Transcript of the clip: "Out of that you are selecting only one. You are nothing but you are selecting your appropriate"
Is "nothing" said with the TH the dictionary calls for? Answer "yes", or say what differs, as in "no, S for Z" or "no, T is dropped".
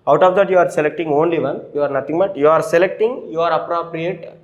no, T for TH